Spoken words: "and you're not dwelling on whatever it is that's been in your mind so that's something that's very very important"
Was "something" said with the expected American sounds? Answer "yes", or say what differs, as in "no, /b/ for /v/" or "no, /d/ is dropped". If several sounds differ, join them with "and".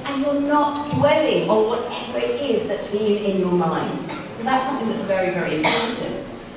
yes